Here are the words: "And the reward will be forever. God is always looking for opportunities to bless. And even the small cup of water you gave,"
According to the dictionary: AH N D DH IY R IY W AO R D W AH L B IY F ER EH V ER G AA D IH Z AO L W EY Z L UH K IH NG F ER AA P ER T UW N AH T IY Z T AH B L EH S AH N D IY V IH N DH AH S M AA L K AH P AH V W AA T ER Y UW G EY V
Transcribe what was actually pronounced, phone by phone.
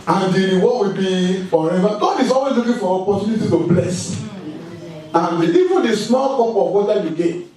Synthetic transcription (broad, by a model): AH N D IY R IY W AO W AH B IY F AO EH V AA G AA D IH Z AO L W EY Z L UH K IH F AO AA P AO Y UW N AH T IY T AH B L EH S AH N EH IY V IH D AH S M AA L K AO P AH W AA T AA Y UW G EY